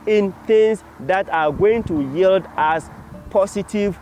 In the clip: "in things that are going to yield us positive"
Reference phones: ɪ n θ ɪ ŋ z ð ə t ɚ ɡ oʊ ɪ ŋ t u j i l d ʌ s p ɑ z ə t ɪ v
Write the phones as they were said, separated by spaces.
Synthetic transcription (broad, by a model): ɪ n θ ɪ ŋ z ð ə t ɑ ɡ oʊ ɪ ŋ t u j i l d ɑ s p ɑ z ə t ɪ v